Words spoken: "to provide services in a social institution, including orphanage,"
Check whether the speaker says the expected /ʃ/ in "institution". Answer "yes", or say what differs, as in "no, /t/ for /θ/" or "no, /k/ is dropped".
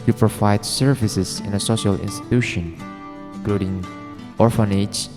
yes